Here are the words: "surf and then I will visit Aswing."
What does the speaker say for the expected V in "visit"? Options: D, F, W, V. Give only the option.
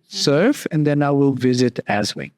V